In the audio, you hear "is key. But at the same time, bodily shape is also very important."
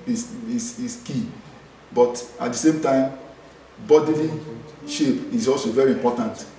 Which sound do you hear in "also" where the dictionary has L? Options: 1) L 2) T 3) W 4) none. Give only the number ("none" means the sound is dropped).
1